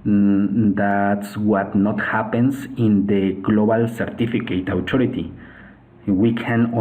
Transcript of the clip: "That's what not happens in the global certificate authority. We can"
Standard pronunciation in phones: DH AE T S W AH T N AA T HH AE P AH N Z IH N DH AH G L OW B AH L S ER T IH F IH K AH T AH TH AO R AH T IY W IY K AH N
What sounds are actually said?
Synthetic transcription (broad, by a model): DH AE T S W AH T N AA T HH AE P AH N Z IH N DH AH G L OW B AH L S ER T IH F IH K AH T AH T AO R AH T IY W IY K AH N